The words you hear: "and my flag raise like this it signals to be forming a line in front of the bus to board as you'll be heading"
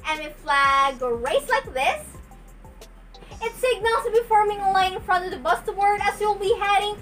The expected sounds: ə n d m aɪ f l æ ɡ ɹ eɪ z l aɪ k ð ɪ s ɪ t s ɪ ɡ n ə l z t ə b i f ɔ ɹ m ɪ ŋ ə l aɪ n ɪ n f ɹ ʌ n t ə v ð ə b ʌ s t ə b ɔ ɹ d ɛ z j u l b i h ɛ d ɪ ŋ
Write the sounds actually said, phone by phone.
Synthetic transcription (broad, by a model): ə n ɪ f l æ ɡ ɹ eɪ s l aɪ k ð ɪ s ɪ t s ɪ ɡ n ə l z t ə b i f ɔ ɹ m ɪ ŋ ə l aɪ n ɪ n f ɹ ʌ n t ə v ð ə b ʌ s t ə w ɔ ɹ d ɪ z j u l b i h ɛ d ɪ ŋ